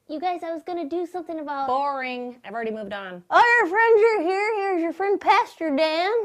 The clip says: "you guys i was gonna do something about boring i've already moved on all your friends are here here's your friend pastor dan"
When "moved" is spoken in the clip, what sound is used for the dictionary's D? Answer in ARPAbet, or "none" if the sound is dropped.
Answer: D